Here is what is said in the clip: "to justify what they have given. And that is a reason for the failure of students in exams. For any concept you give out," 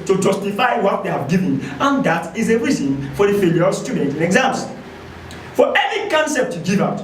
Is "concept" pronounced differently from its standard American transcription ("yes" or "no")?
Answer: no